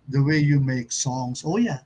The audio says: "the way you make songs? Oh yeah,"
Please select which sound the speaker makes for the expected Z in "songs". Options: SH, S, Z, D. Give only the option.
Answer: S